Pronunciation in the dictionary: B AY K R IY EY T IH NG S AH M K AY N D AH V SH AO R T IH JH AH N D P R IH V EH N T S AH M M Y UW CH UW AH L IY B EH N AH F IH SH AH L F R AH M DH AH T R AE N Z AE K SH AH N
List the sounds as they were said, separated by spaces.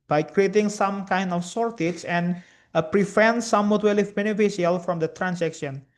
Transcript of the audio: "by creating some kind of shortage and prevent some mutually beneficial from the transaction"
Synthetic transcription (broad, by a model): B AY K R IY EY T IH NG S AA M K AY N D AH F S AO R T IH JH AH N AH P R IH F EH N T S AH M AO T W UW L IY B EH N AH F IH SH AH L F R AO M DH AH T R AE N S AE K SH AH N